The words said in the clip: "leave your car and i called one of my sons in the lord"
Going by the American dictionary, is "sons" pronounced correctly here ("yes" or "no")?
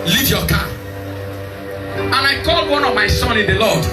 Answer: no